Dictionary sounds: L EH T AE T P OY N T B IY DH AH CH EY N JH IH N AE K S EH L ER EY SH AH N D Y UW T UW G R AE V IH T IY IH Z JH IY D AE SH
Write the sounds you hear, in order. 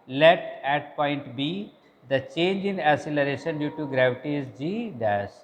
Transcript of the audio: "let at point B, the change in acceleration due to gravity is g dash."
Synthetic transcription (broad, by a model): L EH T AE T P OY N T B IY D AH CH EY N JH IH N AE S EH L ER EY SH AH N D Y UW T UW G R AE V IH T IY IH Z JH IY D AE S